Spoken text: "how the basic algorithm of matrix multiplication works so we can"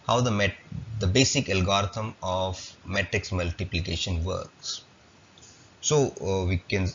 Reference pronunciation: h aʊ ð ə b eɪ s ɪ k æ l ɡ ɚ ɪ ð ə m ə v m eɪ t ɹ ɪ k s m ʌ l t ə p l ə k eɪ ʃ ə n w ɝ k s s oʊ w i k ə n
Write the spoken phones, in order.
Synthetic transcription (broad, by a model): h aʊ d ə b eɪ s ɪ k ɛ l ɡ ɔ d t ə m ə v m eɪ t ɹ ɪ k s m ʌ l t ə p l ə k eɪ ʃ ə n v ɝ k s s oʊ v i k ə n